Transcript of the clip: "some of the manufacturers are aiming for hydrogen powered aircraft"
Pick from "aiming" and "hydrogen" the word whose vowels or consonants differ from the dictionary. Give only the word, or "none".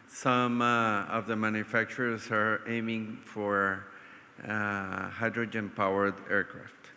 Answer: none